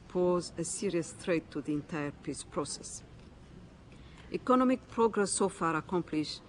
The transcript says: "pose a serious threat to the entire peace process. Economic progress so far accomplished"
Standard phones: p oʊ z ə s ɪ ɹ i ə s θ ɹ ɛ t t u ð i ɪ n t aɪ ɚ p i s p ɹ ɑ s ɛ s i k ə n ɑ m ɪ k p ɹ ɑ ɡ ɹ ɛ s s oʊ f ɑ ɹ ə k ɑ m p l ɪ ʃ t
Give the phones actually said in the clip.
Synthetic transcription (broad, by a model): p oʊ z ə s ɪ ɹ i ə s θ ɹ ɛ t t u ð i ɪ n t aɪ ɚ p i s p ɹ ɑ s ɛ s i k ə n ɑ m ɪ k p ɹ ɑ ɡ ɹ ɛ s s oʊ f ɑ ɹ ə k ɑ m p l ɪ ʃ